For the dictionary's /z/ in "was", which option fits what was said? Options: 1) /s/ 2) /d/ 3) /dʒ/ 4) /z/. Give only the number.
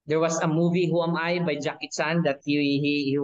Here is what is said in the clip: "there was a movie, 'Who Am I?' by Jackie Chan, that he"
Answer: 1